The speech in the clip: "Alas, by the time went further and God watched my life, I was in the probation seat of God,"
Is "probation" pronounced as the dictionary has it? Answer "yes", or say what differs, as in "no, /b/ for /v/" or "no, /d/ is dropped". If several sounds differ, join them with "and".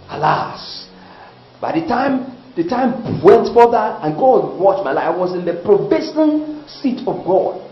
no, /s/ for /ʃ/